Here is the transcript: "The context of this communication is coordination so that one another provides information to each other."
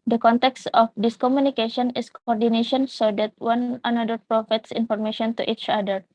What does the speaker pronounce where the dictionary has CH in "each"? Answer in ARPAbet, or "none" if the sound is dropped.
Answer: CH